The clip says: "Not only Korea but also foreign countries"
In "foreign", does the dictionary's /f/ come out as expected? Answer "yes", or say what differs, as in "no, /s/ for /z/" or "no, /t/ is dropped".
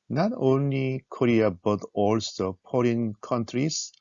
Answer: no, /p/ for /f/